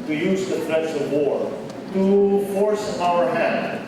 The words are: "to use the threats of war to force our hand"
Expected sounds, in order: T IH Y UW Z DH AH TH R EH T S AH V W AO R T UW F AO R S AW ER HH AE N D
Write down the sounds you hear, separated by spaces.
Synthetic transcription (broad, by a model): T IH Y UW Z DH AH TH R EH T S AH V W AO R T UW F AO R S AW ER HH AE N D